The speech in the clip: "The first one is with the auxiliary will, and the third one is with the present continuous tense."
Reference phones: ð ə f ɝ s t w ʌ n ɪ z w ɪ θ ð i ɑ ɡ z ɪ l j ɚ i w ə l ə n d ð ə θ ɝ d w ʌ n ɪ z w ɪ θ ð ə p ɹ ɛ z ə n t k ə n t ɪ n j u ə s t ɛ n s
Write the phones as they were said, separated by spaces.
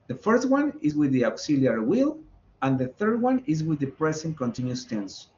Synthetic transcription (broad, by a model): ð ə f ɝ s t w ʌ n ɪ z w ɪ ð i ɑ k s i l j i w ə l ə n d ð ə θ ɝ d w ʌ n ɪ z w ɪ ð ə p ɹ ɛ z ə n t k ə n t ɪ n j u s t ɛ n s